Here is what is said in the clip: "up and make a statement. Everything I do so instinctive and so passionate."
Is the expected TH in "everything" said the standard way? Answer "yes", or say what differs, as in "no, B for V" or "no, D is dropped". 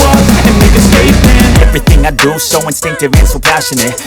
yes